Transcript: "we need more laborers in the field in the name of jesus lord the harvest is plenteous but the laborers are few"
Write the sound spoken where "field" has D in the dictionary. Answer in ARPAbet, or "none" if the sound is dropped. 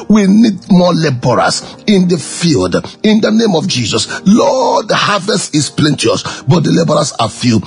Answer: D